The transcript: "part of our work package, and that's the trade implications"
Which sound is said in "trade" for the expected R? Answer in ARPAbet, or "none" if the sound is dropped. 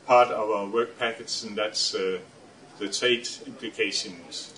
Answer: none